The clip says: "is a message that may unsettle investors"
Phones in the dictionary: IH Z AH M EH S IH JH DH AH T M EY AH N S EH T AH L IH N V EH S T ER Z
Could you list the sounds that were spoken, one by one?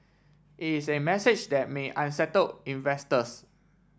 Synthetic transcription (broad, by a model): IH S AH M EH S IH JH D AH T M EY AH N S EH T AH L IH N V EH S T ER S